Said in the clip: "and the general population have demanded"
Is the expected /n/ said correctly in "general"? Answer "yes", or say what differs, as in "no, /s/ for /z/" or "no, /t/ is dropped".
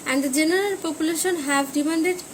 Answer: no, /n/ is dropped